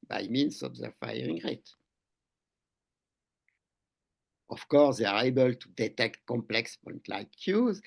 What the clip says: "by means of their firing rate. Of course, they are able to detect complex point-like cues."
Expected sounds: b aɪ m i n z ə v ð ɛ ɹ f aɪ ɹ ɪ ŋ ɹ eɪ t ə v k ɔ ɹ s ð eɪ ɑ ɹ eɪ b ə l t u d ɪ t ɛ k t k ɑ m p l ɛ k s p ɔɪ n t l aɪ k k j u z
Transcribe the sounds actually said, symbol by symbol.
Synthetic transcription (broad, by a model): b aɪ m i n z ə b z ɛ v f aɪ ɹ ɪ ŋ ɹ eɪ t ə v k ɔ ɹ s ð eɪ ɑ ɹ eɪ b ə l t u d ɪ t ɛ k t k ɑ m p l ɛ k s p ɔɪ n t l aɪ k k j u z